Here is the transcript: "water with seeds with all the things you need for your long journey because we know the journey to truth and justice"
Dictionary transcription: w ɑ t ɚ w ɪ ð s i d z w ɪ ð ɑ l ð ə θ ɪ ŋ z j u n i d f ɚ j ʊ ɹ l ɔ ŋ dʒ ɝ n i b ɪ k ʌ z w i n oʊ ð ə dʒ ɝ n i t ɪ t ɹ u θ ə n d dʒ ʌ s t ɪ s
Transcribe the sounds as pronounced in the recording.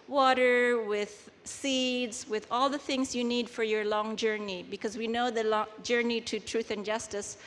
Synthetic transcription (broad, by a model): w ɑ t ɚ w ɪ ð s i d z w ɪ ð ɑ l ð ə θ ɪ ŋ z j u n i d f ɚ j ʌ ɹ l ɔ ŋ dʒ ɝ n i b ɪ k ʌ z w i n oʊ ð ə dʒ ɝ n i t ɪ t ɹ u θ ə n dʒ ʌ s t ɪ s